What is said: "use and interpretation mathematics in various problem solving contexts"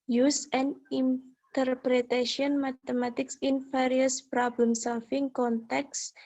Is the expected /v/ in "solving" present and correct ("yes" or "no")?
no